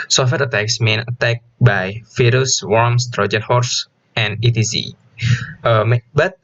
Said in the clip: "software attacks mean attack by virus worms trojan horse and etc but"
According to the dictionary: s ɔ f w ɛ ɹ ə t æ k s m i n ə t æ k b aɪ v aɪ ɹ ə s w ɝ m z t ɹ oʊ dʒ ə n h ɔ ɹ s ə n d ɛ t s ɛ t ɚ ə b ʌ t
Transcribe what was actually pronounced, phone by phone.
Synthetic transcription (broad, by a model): s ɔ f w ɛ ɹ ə t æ k s m i n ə t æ k b aɪ f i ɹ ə s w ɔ m s t ɹ oʊ dʒ ə n h ɔ ɹ s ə n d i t i s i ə b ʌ t